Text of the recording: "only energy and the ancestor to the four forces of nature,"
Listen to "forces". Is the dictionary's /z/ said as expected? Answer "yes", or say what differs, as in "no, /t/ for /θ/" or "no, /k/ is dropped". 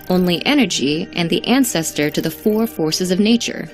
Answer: yes